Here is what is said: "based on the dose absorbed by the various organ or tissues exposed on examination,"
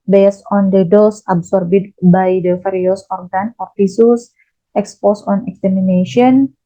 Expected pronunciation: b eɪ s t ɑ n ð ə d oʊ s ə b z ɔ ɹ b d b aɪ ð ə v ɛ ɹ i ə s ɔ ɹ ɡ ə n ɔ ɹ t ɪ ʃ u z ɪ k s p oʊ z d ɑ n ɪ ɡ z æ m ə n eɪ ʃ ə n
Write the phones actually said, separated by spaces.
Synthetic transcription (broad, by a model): b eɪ s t ɑ n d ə d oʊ s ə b s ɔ ɹ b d b aɪ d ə f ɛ ɹ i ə s ɔ ɹ ɡ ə n ɔ ɹ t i s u s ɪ k s p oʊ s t ɑ n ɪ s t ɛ m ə n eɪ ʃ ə n